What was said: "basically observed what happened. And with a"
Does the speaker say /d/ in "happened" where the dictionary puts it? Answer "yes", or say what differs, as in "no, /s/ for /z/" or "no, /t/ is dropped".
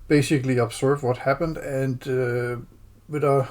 yes